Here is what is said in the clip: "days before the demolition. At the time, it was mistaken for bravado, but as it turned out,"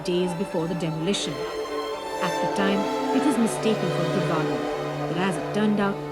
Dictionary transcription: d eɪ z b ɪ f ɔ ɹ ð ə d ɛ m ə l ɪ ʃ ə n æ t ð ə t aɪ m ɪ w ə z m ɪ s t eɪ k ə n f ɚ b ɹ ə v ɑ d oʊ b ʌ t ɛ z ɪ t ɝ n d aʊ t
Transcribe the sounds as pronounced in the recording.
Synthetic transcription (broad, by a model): d eɪ z b ɪ f ɔ ɹ ð ə d ɛ m ə l ɪ ʃ ə n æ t ð ə t aɪ m ɪ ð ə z m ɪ s t eɪ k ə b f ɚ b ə b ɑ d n b ʌ t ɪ z ɪ t ɝ n d aʊ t